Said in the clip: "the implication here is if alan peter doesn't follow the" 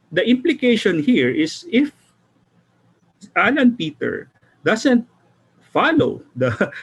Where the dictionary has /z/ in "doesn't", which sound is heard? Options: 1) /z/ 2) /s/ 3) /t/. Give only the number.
2